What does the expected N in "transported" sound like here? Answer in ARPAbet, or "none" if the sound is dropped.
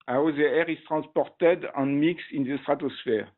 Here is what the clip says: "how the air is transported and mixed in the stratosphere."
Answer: none